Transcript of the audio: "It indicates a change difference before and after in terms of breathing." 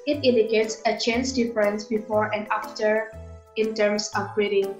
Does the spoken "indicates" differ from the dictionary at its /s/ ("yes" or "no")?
no